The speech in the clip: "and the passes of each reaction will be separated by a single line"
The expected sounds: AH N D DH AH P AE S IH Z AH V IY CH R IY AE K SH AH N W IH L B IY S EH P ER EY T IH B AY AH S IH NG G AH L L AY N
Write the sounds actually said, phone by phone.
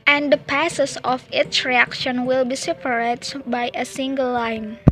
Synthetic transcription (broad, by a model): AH N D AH P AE S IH S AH F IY S R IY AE K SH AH N W IH L B IY S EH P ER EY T B AY AH S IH NG G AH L L AY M